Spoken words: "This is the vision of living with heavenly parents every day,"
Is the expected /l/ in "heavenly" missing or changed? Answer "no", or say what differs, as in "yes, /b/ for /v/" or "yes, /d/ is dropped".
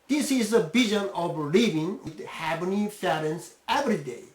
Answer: yes, /l/ is dropped